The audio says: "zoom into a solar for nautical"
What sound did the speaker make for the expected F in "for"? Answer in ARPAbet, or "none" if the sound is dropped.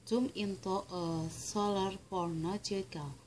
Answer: P